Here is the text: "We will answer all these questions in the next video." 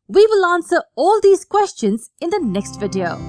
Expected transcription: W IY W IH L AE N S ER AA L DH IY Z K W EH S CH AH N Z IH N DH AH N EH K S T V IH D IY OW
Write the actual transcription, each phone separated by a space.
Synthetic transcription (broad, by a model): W IY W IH L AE N S ER AA L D IY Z K W EH S CH AH N Z IH N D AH N EH K S T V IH D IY OW